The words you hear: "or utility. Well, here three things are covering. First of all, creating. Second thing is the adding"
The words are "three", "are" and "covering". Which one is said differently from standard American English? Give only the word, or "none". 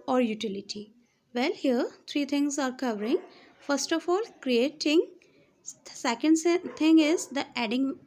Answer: three